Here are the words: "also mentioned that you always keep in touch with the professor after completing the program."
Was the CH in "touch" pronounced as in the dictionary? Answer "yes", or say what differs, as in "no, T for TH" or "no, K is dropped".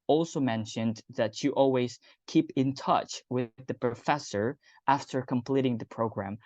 yes